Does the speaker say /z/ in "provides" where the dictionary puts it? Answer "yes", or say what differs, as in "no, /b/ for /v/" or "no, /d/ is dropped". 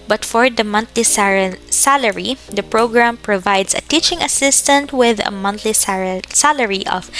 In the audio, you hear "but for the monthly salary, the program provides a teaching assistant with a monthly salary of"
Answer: no, /s/ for /z/